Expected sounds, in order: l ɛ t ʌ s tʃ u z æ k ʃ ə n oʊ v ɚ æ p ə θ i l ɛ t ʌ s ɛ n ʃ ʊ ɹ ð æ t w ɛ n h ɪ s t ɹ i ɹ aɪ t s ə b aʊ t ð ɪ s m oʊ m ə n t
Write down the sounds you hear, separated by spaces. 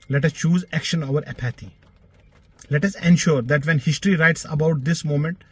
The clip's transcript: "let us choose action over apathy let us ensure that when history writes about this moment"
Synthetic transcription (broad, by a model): l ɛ t ʌ s tʃ u z æ k ʃ ə n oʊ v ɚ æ p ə t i l ɛ t ʌ s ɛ n ʃ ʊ ɹ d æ t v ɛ n h ɪ s t ɹ i ɹ aɪ t s ə b aʊ t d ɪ s m oʊ m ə n t